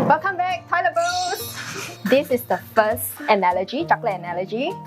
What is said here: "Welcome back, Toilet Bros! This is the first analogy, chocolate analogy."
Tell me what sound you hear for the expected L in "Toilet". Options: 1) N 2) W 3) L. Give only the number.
1